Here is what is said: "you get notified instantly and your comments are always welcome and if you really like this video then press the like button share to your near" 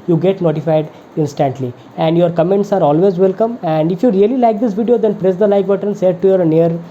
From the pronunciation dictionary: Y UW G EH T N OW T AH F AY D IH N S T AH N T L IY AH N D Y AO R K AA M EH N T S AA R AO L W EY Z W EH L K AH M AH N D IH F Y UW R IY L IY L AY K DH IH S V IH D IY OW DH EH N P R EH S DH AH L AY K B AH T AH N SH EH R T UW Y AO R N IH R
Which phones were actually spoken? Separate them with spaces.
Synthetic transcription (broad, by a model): Y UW G EH T N OW T AH F AY D IH N S T AH N T L IY AH N D Y AO R K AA M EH N T S AA R AO L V EY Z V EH L K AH M AH N D IH F Y UW R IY L IY L AY K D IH S V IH D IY OW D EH N P R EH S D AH L AY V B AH T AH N S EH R T UW Y AO R N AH R